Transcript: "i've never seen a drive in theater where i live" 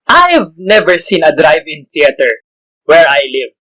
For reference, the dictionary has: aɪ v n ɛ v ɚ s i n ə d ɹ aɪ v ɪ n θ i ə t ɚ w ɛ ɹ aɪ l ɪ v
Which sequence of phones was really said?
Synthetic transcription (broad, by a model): aɪ v n ɛ v ɚ s i n ə d ɹ aɪ v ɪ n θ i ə t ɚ w ɛ ɹ aɪ l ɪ v